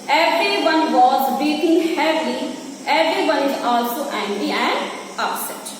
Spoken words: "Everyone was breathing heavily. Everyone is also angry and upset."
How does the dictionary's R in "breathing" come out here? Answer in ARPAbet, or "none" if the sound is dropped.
none